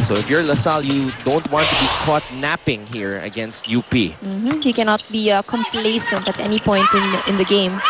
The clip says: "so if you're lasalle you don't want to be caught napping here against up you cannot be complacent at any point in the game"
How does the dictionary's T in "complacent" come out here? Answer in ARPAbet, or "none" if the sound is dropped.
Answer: T